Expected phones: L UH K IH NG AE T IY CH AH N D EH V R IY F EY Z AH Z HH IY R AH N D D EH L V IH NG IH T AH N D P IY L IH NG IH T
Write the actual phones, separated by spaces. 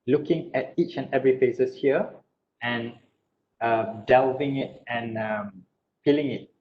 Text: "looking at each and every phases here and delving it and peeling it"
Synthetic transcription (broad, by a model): L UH K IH NG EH T IY CH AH N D EH V R IY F EY S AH S HH IY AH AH N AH D EH L V IH NG IH T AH N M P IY L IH NG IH T